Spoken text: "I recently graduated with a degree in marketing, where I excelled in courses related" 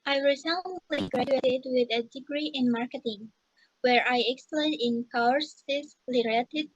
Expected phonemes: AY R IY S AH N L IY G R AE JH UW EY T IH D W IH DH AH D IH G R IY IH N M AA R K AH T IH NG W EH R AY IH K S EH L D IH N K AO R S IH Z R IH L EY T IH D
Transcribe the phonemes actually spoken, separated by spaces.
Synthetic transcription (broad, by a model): AY R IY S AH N L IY G R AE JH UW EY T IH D W IH DH AH D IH G R IY IH N M AA R K AH T IH NG W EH R AY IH K S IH N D IH N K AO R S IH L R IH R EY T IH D